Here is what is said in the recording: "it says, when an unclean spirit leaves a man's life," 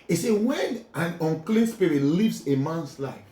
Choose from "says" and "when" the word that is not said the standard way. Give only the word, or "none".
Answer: says